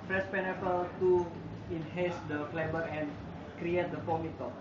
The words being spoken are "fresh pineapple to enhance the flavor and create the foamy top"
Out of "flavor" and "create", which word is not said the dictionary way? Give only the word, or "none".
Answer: flavor